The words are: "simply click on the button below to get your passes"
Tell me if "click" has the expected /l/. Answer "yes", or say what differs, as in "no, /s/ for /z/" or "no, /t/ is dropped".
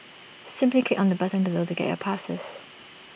no, /l/ is dropped